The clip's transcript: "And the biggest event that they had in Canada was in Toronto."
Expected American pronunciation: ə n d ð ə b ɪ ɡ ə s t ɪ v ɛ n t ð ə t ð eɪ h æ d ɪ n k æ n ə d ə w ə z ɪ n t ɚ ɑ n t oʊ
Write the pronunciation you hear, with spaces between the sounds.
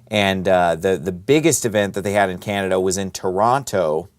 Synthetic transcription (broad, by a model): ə n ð ð ə b ɪ ɡ ə s t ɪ v ɛ n ð ə t ð eɪ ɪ d ɪ n k æ n ə d ə w ə z ɪ n t ɚ ɑ n t oʊ